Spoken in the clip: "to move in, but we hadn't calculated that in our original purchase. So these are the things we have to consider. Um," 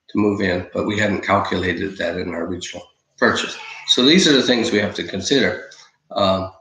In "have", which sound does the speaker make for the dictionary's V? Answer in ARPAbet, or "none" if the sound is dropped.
F